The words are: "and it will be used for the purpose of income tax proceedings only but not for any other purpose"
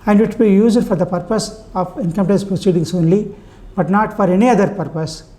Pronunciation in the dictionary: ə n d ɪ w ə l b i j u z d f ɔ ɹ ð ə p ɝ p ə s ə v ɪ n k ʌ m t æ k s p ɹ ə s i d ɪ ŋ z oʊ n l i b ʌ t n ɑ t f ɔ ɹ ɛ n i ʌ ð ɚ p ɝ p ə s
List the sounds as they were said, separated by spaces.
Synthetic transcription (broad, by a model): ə n d ɪ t b i j u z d f ɔ ɹ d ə p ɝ p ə s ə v ɪ n k ʌ m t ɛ s p ɹ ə s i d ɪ ŋ s oʊ n l i b ʌ t n ɑ t f ɔ ɹ ɛ n i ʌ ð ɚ p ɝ p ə s